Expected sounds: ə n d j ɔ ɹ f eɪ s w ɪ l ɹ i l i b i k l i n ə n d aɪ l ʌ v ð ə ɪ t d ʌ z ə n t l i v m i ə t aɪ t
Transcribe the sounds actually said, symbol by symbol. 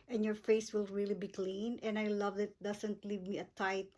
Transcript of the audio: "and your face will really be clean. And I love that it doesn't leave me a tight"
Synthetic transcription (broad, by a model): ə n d j ɔ ɹ f eɪ s w ɪ l ɹ i l i b i k l i n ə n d aɪ l ʌ v ɪ t d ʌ s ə n t l i v m i ə t aɪ t